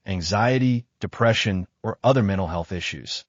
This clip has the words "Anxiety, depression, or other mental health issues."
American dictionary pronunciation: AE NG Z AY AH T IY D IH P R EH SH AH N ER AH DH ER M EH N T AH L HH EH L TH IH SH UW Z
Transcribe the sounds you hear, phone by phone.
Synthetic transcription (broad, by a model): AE NG Z AY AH T IY D IH P R EH SH AH N ER AH DH ER M EH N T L HH EH L TH IH SH UW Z